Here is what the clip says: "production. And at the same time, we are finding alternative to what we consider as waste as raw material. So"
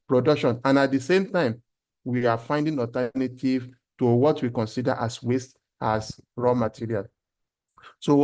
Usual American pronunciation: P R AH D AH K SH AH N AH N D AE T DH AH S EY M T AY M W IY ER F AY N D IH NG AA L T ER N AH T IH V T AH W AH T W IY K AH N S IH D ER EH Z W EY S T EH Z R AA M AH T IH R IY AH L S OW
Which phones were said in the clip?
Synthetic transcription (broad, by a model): P R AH D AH K SH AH N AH N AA T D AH S EY M T AY M W IY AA F AY N D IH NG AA T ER N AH T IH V T AH W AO T W IY K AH N S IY D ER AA S W EY S T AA S R AA M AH T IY R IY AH L S OW